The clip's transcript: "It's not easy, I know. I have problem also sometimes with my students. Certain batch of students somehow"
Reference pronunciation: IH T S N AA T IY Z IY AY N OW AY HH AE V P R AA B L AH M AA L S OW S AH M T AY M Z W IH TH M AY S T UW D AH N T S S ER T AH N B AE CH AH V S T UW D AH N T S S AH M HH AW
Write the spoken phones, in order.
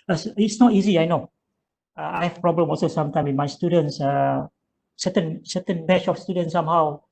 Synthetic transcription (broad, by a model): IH T S N AA T IY Z IY AY N OW AY HH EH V P R AA B L AH M AA L S OW S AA M T AY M W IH M AY S T UW D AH N S S S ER T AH N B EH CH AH F S T UW D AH N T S S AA M HH AW